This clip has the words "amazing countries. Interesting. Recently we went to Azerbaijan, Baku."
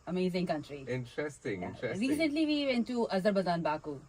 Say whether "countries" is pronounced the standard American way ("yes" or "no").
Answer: no